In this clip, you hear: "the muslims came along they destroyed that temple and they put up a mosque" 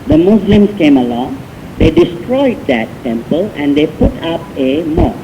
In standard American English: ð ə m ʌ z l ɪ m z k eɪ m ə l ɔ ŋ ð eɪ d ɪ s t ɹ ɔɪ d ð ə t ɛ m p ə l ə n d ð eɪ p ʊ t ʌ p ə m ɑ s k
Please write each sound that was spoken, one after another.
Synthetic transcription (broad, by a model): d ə m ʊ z l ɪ m s k eɪ m ə l ɔ ŋ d eɪ d ɪ s t ɹ ɔɪ d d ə t ɛ m p ə l ə n d eɪ p ʊ t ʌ p ə m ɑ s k